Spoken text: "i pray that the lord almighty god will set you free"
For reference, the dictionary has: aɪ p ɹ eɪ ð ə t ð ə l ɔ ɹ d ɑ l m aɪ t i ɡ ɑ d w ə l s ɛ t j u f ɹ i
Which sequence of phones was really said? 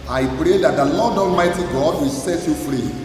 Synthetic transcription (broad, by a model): aɪ p ɹ eɪ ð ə t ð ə l ɔ d ɑ l m aɪ t i ɡ ɑ d w ə l s ɛ t j u f ɹ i